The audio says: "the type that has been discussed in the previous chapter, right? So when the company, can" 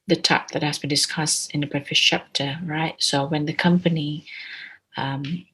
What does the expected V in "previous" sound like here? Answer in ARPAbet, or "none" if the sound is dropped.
F